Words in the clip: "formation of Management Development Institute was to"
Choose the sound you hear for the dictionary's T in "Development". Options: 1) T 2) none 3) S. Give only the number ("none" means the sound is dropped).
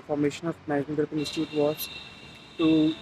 2